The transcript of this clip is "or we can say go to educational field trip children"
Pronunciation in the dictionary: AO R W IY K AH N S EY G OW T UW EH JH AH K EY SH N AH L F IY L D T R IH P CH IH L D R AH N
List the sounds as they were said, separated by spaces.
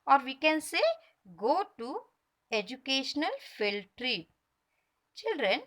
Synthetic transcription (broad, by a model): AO R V IY K AH N S EY G OW T UW EH JH AH K EY SH N AH L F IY L T R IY CH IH L D R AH N